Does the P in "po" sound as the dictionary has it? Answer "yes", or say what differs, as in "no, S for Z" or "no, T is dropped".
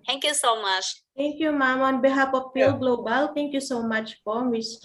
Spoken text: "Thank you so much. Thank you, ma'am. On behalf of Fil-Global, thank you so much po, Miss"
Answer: no, F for P